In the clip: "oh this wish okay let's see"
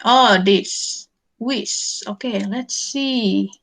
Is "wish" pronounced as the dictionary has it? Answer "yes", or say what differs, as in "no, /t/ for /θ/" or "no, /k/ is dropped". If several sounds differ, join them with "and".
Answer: no, /s/ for /ʃ/